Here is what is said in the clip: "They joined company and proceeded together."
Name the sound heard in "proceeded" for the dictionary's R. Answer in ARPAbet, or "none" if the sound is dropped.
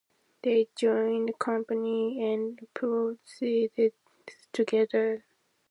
none